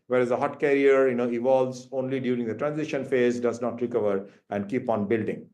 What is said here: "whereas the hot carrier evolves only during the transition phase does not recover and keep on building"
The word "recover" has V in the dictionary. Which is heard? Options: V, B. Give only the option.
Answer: V